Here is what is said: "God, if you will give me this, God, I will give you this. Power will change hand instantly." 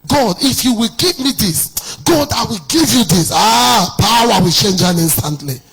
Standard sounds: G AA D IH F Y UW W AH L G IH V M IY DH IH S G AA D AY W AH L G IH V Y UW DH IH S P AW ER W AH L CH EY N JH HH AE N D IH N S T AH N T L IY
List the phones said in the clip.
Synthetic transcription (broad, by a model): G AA D IH F Y UW W AH L G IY V M IY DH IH S G AA D AY W AH L G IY V Y UW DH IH S P AW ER W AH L CH EY N JH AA N IH N S T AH N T L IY